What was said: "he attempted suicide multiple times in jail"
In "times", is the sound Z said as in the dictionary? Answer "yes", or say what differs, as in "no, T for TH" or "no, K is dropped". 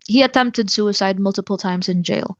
yes